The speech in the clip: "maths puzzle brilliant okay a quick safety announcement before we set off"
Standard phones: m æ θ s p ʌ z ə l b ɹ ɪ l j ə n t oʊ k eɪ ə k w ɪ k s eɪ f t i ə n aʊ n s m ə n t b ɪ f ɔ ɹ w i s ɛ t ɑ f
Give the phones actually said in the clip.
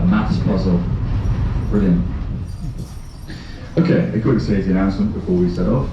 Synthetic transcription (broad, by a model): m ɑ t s p ʌ z ə l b ɹ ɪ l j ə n oʊ k eɪ ə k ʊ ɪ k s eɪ t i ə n aʊ n s m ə n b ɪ f ɔ w i s ɛ t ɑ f